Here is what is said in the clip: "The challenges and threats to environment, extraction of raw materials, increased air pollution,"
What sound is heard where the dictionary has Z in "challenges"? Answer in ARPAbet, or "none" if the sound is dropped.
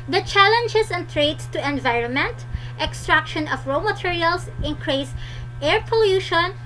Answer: S